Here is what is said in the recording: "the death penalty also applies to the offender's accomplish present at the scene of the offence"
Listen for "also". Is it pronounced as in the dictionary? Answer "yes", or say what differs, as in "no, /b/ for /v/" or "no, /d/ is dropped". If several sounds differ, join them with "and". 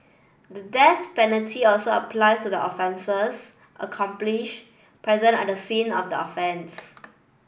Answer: yes